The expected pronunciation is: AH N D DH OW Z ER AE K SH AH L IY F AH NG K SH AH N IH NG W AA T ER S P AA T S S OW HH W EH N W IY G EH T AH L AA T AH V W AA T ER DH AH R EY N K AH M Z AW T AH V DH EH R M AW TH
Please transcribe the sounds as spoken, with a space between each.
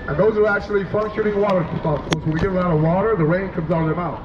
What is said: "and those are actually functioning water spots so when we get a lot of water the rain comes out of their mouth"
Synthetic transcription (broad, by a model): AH N DH OW Z ER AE K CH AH L IY F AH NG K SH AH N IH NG W AA T ER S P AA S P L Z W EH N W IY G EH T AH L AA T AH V W AA T ER DH AH R EY N K AH M Z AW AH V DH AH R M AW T